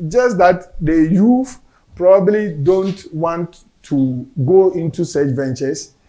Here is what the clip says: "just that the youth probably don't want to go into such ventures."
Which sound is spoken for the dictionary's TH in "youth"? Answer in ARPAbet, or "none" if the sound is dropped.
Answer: F